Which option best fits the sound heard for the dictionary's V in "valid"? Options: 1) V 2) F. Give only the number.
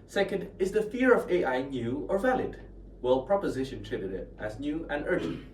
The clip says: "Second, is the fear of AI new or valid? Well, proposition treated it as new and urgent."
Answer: 1